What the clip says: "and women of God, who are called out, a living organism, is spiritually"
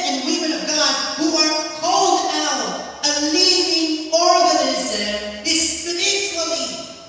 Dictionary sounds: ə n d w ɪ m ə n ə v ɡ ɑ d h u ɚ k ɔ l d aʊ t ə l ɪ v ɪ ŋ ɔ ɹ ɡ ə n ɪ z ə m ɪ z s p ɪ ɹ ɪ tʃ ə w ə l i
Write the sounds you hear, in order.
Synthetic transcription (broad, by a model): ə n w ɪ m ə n ə v ɡ ɑ d h u ɚ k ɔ l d aʊ t ə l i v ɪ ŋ ɔ ɹ ɡ ə n ɪ z ə m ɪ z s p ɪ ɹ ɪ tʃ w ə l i